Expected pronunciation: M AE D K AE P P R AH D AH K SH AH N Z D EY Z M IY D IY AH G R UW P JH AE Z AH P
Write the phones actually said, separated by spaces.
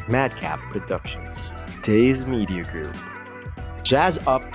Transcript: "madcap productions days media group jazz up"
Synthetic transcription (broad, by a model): M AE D K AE P P R AH D AH K SH AH N Z D EY Z M IY D IY AH G R UW P JH AE Z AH P